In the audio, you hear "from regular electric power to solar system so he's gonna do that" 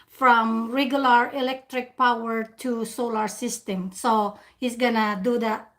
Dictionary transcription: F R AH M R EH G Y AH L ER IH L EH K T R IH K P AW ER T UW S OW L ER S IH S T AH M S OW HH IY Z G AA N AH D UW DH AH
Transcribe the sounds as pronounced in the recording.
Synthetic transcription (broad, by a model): F R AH M R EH G Y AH L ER IH L EH K T R IH K P AW ER T UW S OW L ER S IH S T AH M S OW HH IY S G AA N AH D UW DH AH